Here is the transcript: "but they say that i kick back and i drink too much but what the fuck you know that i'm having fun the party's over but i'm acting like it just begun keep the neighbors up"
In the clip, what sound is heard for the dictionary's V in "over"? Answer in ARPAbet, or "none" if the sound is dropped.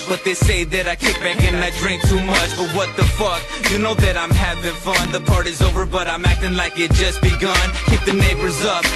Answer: V